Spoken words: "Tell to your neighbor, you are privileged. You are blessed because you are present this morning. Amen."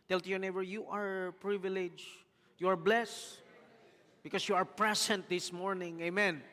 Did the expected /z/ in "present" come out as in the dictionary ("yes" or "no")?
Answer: no